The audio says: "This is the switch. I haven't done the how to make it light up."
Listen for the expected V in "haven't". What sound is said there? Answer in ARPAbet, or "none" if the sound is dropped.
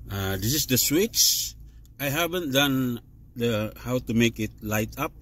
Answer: B